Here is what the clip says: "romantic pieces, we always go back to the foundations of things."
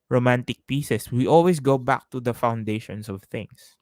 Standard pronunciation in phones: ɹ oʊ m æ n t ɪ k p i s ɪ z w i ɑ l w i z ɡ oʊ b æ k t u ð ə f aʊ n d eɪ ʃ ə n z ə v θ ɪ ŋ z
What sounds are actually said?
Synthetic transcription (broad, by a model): ɹ oʊ m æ n t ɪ k p i s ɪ s w i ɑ l w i s ɡ oʊ b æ k t u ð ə f aʊ n d eɪ ʃ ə n s ə v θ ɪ ŋ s